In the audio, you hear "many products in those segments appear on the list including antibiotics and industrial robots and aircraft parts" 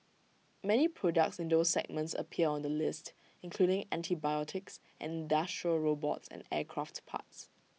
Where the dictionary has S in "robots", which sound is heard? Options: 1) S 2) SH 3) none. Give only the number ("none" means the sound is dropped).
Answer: 1